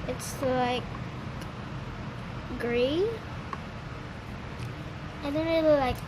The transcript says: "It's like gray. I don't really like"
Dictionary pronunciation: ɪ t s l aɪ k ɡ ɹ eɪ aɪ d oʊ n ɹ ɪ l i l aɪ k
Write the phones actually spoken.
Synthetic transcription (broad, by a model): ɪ t s l aɪ k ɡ ɹ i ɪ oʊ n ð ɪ n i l aɪ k